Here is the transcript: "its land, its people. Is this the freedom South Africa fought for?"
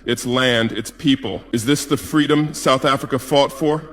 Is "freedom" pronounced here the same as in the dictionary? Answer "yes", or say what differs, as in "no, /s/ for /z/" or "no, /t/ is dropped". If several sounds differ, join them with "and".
yes